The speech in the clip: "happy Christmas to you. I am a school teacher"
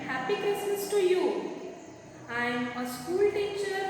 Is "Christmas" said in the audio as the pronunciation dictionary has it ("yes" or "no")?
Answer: no